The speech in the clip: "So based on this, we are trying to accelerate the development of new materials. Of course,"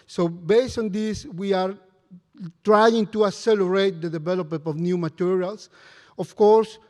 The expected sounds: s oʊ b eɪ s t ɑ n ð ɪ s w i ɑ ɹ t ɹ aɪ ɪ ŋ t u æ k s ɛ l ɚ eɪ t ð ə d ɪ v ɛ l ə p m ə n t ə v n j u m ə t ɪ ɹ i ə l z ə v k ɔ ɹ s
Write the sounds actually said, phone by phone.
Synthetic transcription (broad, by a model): s oʊ b eɪ s t ɑ n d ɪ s w i ɑ ɹ t ɹ aɪ ɪ ŋ t u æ s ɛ l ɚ eɪ t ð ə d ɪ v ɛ l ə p m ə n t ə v n j u m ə t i ɹ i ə l s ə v k ɔ ɹ s